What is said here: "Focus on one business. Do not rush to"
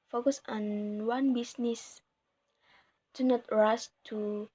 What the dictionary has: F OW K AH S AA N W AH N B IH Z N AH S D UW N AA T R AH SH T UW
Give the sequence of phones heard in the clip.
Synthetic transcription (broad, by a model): F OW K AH S AA N W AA N B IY S N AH S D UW N AA T R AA S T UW